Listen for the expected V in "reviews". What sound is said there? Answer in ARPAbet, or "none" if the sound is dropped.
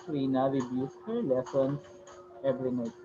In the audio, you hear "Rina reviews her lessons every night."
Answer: B